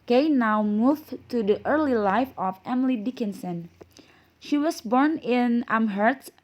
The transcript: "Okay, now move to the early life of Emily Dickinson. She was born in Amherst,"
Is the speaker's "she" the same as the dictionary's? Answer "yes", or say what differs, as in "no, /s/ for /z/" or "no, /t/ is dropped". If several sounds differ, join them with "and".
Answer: yes